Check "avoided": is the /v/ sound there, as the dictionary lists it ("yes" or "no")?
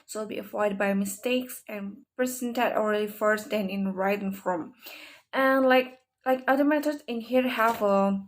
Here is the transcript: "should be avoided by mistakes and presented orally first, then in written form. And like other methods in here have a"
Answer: no